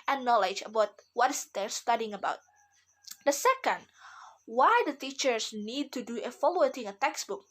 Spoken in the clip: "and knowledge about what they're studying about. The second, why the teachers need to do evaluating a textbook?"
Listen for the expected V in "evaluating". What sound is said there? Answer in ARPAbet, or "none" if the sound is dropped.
F